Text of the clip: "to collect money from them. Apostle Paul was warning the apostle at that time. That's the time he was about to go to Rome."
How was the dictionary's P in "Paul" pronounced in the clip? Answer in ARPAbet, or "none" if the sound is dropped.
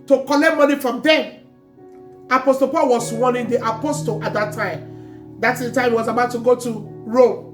P